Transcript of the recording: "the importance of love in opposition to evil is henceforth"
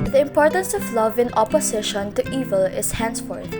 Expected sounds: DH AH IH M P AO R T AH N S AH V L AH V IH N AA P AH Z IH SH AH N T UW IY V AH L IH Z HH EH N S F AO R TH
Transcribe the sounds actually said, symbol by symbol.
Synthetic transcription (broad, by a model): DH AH IH M P AO R T AH N S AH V L AH V IH N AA P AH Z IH SH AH N T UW IY V AH L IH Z HH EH N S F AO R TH